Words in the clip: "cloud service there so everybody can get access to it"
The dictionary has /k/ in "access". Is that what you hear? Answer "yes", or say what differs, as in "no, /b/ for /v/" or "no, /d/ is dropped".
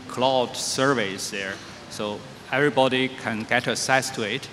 no, /k/ is dropped